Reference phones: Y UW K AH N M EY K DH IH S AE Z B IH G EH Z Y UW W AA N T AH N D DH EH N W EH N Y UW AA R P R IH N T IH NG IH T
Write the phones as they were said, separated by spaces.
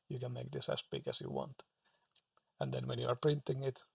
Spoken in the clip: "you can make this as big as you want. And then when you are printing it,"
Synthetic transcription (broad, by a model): Y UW K AH N M EY K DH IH S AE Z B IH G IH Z Y UW W AA N T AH N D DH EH N W EH N Y UW AA R P R IH N T IH NG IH T